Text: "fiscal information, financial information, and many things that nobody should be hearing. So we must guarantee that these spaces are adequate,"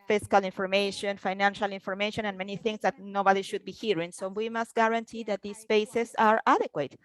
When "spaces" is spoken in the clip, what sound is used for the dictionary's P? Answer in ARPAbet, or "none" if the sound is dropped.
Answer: B